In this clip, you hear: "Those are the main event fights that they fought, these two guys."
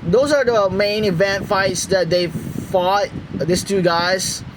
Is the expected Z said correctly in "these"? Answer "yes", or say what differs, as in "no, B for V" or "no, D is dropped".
no, S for Z